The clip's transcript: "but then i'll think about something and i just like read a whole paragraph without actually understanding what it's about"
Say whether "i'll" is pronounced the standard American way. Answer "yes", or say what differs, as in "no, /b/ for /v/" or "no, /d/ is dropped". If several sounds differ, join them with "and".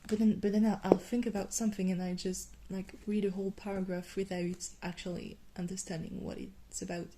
yes